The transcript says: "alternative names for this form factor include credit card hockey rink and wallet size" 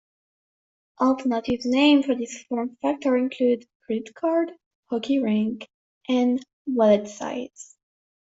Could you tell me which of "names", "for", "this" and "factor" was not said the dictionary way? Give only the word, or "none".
names